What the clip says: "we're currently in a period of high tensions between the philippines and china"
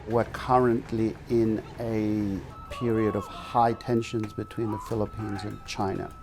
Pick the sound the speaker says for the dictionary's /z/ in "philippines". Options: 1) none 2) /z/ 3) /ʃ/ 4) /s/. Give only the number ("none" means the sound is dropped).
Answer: 2